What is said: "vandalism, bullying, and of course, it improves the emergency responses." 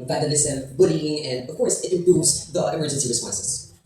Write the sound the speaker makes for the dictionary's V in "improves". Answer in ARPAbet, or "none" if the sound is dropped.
none